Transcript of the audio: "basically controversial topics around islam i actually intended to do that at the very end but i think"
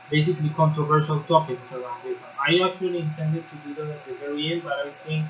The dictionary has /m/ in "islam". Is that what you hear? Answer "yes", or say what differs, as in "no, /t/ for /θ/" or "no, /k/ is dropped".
no, /m/ is dropped